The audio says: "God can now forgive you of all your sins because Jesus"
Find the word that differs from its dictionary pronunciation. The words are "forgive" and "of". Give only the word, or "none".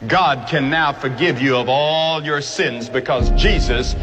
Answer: none